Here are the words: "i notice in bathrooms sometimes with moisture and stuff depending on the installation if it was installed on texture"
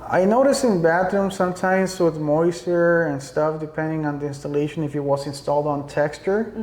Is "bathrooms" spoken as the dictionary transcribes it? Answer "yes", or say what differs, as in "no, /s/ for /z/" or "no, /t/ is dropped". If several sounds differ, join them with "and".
no, /t/ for /θ/